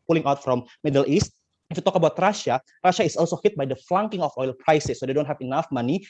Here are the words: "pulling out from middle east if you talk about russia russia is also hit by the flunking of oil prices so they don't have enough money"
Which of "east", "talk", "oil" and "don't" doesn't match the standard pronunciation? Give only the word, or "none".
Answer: none